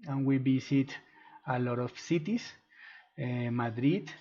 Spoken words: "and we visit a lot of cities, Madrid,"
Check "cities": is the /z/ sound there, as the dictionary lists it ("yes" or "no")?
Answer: no